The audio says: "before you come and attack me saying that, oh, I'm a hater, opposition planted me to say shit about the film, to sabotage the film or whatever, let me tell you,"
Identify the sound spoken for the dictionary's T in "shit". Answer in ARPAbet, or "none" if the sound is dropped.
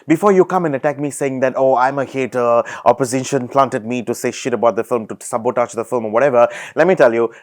T